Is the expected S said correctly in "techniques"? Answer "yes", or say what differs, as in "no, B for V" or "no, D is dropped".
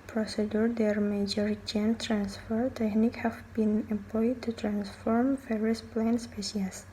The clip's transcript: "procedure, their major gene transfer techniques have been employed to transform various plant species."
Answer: no, S is dropped